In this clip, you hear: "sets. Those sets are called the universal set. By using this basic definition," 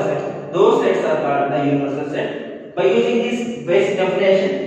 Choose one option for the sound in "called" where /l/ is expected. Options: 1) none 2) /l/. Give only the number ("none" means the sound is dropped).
1